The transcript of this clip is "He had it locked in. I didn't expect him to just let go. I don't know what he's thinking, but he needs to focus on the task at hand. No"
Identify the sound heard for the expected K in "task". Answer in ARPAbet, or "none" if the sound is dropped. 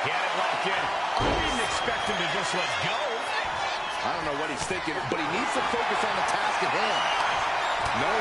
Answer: K